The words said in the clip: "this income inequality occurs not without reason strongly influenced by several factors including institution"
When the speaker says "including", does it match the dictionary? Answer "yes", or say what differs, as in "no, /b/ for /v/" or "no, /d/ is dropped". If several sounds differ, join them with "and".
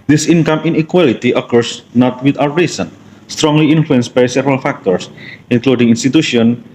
yes